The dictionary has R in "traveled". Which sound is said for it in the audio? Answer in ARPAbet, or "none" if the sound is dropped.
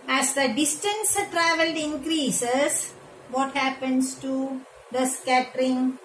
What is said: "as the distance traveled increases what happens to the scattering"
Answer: R